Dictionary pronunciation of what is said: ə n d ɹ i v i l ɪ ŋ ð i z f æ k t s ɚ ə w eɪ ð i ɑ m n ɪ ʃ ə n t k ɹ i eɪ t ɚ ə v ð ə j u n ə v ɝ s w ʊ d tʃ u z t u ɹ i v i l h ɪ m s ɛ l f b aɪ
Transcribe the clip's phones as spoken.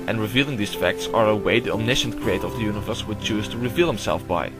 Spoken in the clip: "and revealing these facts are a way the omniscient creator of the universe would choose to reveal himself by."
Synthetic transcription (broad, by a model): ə n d ɹ i v i l ɪ ŋ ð i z f æ k t s ɚ ə w eɪ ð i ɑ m n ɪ ʃ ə n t k ɹ i eɪ t ɚ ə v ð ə j u n ə v ɝ s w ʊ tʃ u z t u ɹ i v i l h ɪ m s ɛ l f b aɪ